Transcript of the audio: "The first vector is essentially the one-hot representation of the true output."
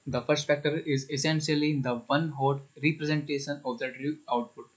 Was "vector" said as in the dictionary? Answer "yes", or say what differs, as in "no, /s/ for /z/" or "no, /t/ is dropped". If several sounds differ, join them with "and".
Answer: no, /f/ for /v/